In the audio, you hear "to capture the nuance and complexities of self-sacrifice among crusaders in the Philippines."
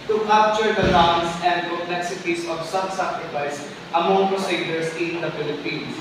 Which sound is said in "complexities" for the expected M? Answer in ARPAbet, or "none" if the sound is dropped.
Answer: none